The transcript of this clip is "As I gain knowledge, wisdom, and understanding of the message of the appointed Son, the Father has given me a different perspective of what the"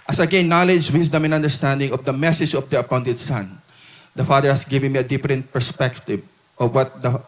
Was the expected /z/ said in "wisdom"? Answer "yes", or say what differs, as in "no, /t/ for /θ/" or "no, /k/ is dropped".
no, /s/ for /z/